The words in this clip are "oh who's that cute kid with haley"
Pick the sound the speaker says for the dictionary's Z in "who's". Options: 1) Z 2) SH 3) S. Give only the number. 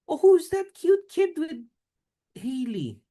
1